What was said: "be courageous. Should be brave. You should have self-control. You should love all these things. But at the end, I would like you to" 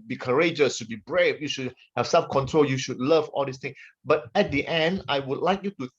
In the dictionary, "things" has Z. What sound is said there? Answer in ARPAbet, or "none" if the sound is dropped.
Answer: none